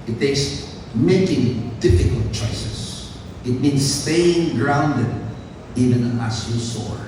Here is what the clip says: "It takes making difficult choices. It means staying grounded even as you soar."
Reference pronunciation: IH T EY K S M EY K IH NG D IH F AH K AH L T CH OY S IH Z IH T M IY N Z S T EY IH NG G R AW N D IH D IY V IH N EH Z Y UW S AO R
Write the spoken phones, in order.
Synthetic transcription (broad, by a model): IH T EY K S M EY K IH NG D IH F AH K AH L T CH OY S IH S IH T M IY N S T EY IH NG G R AW N D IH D IY V IH N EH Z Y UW S AO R